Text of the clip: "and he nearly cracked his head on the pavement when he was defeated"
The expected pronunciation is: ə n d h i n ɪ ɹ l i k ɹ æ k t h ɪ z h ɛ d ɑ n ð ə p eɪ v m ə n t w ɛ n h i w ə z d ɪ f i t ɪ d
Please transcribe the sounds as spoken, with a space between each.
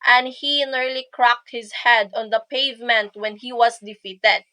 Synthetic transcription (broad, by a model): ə n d h i n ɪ ɹ l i k ɹ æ k t h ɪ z h ɛ d ɑ n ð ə p eɪ v m ə n t w ɛ n h i w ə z d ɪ f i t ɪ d